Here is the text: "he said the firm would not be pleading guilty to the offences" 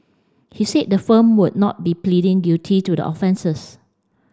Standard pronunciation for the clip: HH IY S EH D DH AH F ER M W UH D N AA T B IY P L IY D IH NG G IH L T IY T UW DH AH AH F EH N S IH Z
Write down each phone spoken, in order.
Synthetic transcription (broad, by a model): HH IY S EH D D AH F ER M W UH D N AA T B IY P L IY D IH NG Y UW T IY T UW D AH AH F EH N S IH S